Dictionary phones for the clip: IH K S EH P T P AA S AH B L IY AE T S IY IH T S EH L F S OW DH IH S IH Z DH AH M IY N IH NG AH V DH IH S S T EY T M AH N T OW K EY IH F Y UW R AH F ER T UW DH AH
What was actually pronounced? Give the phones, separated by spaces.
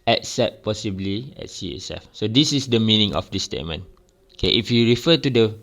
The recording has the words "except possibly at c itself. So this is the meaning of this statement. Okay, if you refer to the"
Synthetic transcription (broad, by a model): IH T S EH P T P AA S AH B L IY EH T S IY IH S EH F S OW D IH S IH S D AH M IY N IH NG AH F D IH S S T EY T M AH N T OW K EY IH F Y UW R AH F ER T UW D AH